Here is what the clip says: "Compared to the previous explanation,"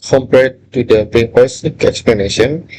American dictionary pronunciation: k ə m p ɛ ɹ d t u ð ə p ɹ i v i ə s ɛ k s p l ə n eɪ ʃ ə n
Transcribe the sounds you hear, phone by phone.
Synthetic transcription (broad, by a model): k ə m p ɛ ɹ t u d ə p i b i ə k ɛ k s p l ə n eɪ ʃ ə n